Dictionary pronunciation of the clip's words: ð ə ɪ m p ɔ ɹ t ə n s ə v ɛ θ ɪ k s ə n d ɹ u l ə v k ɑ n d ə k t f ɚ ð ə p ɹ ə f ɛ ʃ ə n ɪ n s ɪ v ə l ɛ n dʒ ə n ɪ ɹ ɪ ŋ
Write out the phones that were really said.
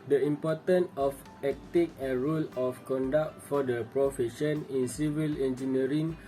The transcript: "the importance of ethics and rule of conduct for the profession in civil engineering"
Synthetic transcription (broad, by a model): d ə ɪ m p ɔ t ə n ə f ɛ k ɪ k ə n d ɹ u l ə f k ɑ n d ə k t f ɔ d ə p ɹ ə f ɛ ʃ ə n ɪ n s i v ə l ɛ n dʒ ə n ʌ ɹ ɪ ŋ